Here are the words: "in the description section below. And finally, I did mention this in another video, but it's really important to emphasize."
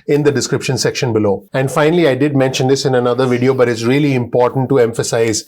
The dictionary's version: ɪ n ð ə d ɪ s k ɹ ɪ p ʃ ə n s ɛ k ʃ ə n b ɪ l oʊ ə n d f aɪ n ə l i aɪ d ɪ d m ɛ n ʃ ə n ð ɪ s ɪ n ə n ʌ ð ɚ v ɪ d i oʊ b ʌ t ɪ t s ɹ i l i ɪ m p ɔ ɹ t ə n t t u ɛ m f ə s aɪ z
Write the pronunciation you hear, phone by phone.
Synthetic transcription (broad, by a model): ɪ n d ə d ɪ s k ɹ ɪ p ʃ ə n s ɛ k ʃ ə n b ɪ l oʊ ə n d f aɪ n ə l i aɪ d ɪ d m ɛ n ʃ ə n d ɪ s ɪ n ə n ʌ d ɚ v ɪ d i oʊ b ʌ t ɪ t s ɹ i l i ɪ m p ɔ ɹ t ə n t t u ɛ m f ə s aɪ z